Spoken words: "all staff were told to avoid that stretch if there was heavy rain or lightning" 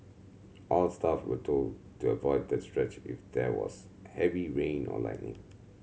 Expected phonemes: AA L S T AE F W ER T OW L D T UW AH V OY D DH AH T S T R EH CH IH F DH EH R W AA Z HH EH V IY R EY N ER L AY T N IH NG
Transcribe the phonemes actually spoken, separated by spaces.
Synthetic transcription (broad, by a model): AA L S T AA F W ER T OW L D T UW AH V OY D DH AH T S T R EH CH IH F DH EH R W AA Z HH EH V IY R EY N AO L AY T N IH NG